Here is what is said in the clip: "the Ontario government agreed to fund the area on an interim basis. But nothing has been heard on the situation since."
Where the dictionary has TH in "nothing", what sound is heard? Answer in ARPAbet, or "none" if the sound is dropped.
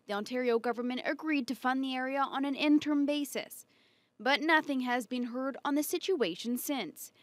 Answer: TH